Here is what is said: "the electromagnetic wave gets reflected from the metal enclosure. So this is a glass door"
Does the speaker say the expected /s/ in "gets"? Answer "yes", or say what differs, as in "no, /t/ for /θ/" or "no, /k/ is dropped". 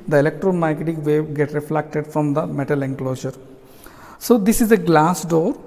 no, /s/ is dropped